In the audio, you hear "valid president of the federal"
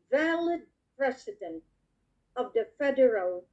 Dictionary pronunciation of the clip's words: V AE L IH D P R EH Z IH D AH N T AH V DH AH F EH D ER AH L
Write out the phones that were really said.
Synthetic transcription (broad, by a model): V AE L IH D P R EH S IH D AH N T AH V DH AH F EH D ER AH L